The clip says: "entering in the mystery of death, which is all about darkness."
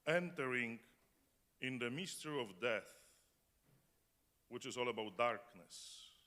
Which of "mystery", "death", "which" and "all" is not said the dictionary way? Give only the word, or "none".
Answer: none